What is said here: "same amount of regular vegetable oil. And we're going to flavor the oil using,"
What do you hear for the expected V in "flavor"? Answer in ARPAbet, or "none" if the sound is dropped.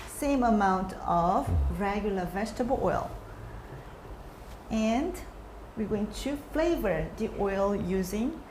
V